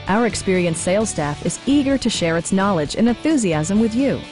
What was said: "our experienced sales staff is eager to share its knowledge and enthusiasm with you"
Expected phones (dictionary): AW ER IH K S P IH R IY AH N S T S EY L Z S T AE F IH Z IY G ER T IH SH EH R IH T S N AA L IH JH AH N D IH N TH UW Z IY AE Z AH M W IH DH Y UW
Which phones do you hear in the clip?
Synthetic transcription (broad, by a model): AW ER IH K S P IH R IY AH N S S EY L S T AE F IH Z IY G ER T IH SH EH R IH T S N AA L IH JH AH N IH N TH UW Z IY AE Z AH M W IH DH Y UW